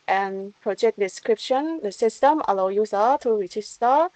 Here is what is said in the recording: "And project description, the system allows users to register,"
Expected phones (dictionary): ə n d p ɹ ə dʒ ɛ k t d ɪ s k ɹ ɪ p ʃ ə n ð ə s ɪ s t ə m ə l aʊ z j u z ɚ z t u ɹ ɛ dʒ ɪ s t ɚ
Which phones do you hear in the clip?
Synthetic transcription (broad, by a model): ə n p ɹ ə dʒ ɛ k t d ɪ s k ɹ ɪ p ʃ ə n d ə s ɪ s t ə m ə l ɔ j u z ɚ t u ɹ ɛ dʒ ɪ s t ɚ